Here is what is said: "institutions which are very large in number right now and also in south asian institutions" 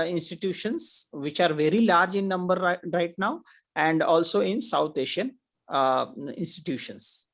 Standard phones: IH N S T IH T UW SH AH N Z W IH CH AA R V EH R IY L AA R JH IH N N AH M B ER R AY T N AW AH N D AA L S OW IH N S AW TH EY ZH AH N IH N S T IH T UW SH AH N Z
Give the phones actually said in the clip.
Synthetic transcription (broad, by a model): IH N S T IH T UW SH AH N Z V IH CH AA R V EH R IY L AA R JH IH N N AH M B ER R AY T N AW AH N D AA L S OW IH N S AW T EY SH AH N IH N S T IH T UW SH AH N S